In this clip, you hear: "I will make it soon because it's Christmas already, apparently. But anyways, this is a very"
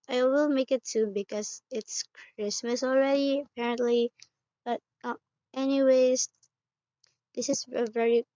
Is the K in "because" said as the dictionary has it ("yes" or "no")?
yes